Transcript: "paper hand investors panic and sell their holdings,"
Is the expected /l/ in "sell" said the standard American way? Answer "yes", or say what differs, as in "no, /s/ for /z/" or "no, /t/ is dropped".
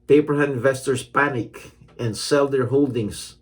yes